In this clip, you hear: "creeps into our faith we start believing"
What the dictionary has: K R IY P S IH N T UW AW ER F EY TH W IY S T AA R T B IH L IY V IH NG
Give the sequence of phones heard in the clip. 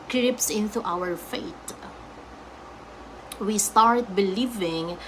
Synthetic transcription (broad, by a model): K R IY P S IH N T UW AW ER F EY T W IY S T AA R T B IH L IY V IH NG